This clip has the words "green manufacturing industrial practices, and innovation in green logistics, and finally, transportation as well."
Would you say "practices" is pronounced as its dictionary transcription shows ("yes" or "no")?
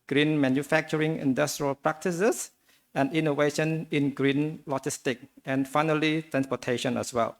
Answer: no